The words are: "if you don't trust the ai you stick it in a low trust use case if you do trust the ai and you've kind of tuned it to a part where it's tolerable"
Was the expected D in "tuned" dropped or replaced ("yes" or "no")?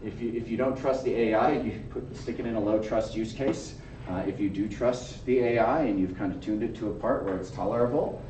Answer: no